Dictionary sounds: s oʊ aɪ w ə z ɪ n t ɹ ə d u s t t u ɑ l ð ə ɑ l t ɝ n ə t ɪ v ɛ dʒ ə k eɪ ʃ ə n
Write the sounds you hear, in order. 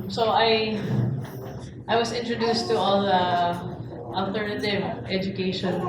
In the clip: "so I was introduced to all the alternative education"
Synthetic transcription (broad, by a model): s oʊ aɪ w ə s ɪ n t ɹ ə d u s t t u ɑ l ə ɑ l t ɝ n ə t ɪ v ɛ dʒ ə k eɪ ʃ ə n